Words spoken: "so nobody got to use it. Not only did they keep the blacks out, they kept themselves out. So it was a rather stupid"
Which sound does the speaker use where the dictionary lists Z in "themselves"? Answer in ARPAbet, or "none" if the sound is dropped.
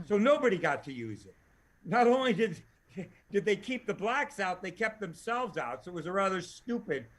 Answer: Z